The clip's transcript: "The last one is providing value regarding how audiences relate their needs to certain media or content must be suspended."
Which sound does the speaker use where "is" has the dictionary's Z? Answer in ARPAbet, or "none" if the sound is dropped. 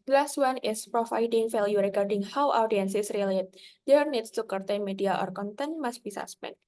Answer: S